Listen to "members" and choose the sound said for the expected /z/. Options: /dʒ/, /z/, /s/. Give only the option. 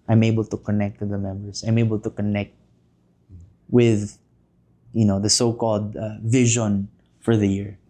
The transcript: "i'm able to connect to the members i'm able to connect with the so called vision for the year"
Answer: /s/